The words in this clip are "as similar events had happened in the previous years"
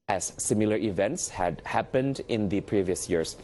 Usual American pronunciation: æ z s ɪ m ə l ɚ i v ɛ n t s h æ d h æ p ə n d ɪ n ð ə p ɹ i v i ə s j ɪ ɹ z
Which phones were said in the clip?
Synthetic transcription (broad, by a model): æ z s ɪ m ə l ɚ i v ɛ n t s h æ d h æ p ə n d ɪ n ð ə p ɹ i v i ə s j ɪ ɹ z